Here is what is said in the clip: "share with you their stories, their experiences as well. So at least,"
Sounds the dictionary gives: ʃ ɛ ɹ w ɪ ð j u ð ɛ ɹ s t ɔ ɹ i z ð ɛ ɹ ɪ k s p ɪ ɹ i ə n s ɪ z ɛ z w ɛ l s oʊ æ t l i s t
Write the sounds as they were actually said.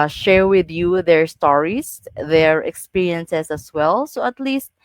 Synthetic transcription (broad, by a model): ʃ ɛ ɹ w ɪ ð j u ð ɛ ɹ s t ɔ ɹ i s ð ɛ ɹ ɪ k s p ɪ ɹ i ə n s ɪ s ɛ s w ɛ l s oʊ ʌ t l i s t